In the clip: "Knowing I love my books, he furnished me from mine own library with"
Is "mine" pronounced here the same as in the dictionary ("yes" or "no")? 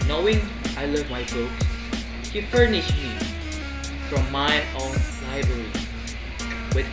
no